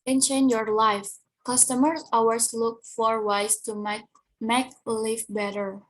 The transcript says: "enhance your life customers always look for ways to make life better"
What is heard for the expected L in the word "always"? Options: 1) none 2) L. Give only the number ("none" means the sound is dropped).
1